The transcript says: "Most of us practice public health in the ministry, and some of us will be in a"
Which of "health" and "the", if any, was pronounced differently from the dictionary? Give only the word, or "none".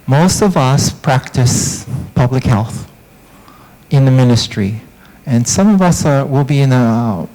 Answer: none